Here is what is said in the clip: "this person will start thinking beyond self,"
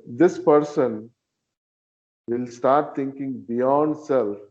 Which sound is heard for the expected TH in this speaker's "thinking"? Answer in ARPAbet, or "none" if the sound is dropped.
T